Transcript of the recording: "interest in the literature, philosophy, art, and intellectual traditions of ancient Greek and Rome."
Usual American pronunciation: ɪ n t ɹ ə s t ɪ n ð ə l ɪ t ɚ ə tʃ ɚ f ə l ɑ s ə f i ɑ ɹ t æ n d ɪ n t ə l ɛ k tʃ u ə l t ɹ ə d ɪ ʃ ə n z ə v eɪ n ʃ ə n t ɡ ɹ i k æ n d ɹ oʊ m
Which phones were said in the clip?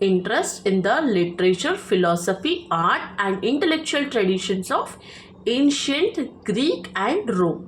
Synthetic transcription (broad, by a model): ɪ n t ɹ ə s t ɪ n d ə l ɪ t ɚ ə tʃ ɚ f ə l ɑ s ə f i ɑ ɹ t æ n d ɪ n t ə l ɛ k tʃ u ə l t ɹ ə d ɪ ʃ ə n s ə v eɪ n ʃ ə n t ɡ ɹ i k æ n d ɹ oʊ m